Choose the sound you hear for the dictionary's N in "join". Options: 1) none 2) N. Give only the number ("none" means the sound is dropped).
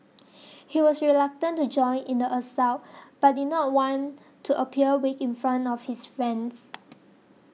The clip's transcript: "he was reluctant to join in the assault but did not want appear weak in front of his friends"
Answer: 2